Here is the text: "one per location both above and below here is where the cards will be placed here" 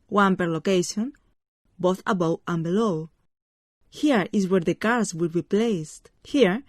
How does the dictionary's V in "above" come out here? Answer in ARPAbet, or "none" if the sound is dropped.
W